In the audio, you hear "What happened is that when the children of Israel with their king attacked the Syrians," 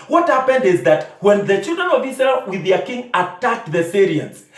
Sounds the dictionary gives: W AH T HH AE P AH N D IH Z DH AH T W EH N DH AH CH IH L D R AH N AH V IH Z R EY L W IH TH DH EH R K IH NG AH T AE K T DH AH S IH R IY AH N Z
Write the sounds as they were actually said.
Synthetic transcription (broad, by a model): W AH T HH AE P AH N D IH Z DH AH T W EH N DH AH CH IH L D R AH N AH V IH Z R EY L W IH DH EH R K IH NG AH T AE K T DH AH S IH R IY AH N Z